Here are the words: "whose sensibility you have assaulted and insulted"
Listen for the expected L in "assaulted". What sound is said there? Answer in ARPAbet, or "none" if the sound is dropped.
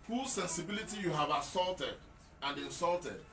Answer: L